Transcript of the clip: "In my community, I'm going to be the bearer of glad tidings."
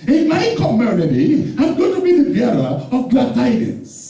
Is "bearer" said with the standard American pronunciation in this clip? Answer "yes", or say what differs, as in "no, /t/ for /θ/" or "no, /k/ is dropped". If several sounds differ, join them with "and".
no, /l/ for /ɹ/